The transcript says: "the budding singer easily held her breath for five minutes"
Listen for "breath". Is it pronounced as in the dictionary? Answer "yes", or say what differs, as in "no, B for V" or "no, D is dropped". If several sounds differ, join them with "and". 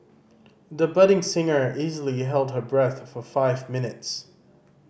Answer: yes